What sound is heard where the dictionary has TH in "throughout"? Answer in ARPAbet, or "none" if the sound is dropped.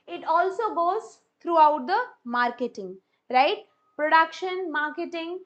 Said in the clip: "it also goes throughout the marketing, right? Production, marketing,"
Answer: T